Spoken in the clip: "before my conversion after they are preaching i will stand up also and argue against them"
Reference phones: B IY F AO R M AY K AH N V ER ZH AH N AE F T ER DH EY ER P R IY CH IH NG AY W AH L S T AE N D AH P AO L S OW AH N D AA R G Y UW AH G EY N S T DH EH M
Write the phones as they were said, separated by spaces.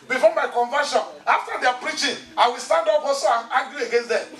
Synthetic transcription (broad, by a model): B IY F AO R M AY K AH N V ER SH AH N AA F T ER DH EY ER P R IY CH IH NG AY W AH L S T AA N D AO B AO S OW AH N AA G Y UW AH G EY N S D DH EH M